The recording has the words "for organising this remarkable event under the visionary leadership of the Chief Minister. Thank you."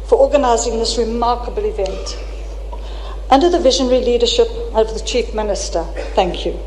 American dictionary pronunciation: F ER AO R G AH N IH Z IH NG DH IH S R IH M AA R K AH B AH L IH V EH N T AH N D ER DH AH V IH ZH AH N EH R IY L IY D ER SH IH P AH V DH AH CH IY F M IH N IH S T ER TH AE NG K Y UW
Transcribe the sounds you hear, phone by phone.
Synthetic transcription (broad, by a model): F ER AO G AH N IH Z IH NG DH IH S R IH M AA R K AH B AH L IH V EH N T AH N D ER DH AH V IH ZH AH N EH R IY L IY D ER SH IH P AH V DH AH CH IY F M IH N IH S T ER TH AE NG K Y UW